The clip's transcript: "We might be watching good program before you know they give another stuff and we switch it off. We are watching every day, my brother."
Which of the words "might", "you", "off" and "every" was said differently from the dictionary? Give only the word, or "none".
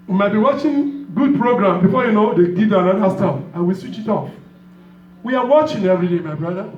none